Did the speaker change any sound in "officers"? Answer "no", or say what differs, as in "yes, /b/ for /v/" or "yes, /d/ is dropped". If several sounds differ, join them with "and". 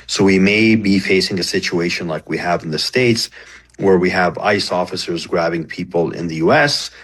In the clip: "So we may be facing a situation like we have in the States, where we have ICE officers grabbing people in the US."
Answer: no